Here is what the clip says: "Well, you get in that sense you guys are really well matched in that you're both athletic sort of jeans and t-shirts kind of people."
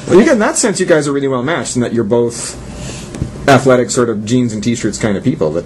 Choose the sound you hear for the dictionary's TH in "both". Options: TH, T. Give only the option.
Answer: TH